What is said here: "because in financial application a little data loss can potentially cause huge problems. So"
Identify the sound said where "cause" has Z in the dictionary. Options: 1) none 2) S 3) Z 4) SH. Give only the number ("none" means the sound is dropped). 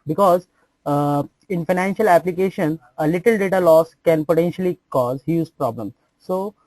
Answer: 3